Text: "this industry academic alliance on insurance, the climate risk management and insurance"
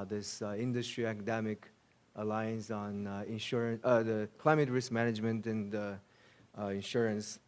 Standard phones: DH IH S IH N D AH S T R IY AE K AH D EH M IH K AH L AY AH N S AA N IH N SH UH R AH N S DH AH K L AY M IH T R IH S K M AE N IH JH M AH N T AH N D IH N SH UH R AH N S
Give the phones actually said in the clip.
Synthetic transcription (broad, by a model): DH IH S IH N D AH S T R IY AE K AH D EH M IH K AH L AY AH N S N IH N SH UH R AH N DH AH K L AY M IH T R IH S K M AE N IH JH M AH N T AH N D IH N SH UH R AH N S